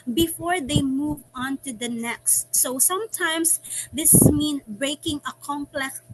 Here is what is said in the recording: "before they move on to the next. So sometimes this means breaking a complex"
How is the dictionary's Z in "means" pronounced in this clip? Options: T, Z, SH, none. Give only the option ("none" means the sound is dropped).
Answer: none